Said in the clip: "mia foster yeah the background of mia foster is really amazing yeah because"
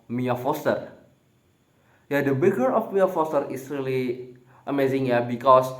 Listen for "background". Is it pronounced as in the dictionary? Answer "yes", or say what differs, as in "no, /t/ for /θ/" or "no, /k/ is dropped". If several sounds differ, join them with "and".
no, /ɹ/ is dropped and /n/ is dropped